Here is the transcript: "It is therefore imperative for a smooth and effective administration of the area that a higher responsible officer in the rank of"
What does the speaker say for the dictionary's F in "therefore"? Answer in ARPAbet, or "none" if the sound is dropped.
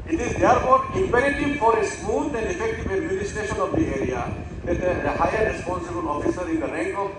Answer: P